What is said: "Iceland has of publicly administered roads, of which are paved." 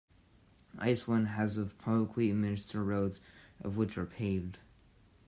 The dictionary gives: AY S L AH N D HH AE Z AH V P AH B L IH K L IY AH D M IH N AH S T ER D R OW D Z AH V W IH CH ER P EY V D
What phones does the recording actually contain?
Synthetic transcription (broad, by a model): AY S W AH N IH Z AH V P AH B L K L IY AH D M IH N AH S T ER R OW D Z AH V W IH CH ER P EY V D